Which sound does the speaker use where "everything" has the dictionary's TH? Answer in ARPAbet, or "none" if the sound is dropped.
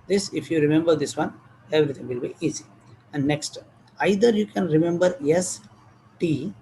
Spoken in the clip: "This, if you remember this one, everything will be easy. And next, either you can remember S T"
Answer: T